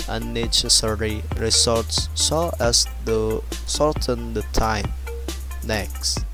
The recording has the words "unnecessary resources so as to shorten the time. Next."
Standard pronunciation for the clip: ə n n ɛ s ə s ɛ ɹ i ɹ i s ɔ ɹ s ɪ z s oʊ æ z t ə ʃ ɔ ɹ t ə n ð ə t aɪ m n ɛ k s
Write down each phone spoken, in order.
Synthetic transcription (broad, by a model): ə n n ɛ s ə s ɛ ɹ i ɹ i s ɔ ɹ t s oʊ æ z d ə s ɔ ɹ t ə n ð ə t aɪ m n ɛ k s